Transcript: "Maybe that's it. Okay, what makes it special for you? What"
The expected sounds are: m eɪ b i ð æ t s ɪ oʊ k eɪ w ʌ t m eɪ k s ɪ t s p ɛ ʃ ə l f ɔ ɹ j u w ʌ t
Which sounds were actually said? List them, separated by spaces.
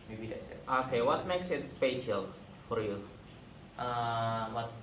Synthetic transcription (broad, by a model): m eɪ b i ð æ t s oʊ k eɪ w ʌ t m eɪ k s ɪ t s p ɛ ʃ ə l f ɔ ɹ j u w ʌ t